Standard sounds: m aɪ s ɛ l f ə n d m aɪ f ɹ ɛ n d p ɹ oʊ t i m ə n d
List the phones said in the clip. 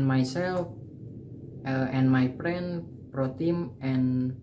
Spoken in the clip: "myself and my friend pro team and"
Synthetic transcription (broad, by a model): m aɪ s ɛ l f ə n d m aɪ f ɹ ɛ n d p ɹ oʊ t i m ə n